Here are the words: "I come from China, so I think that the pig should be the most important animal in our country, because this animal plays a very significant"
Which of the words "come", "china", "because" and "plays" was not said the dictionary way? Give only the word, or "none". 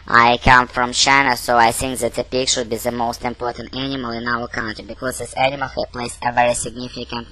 plays